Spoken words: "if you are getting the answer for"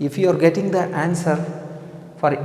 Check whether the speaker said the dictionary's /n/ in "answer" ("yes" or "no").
yes